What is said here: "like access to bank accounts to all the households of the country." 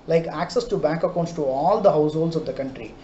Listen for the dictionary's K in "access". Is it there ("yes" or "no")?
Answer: yes